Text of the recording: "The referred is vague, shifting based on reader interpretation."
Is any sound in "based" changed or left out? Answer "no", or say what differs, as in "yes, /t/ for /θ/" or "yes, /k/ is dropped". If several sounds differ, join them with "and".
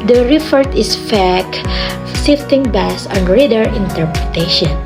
yes, /t/ is dropped